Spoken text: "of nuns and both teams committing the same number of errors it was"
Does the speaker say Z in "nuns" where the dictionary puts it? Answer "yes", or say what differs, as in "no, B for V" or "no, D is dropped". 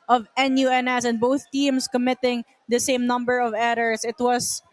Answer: no, S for Z